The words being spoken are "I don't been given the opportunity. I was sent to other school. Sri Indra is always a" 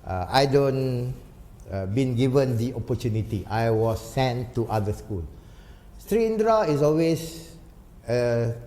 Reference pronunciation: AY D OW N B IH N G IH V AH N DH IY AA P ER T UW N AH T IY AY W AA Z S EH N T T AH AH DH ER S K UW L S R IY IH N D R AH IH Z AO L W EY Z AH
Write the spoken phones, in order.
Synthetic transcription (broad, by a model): AY D OW N B IH N G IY V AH N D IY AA P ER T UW N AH T IY AY W AA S EH N T T AH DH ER S K UW L S R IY N D R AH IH S AO L W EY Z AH